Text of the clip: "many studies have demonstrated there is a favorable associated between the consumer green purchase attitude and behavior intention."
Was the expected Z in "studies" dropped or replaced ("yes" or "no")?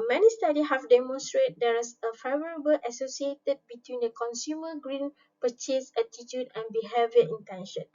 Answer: yes